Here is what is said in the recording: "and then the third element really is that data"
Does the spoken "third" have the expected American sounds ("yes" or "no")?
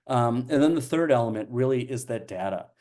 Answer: yes